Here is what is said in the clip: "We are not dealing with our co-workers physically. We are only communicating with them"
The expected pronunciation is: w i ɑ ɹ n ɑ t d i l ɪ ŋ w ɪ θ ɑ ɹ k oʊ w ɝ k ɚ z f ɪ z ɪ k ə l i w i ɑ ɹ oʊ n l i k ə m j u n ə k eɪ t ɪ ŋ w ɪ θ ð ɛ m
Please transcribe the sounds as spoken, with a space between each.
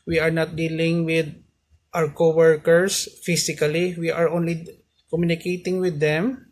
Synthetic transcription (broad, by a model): w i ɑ ɹ n ɑ t d i l ɪ ŋ w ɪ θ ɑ w k oʊ w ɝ k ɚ s f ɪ s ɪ k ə l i w i ɑ ɹ oʊ n l i k ə m j u n ə k eɪ t ɪ ŋ w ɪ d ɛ m